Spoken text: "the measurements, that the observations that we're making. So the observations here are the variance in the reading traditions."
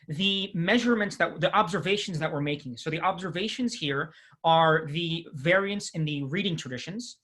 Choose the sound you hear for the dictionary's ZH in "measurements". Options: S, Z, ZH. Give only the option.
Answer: ZH